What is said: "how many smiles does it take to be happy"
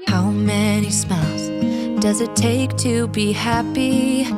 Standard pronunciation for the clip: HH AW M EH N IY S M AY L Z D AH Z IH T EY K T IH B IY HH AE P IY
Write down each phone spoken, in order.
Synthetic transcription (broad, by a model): HH AW M EH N IY S M AY L Z D AH Z IH T EY K T IH B IY HH AE P IY